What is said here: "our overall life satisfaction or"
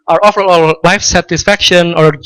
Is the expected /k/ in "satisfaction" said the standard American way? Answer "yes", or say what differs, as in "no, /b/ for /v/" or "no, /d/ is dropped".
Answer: yes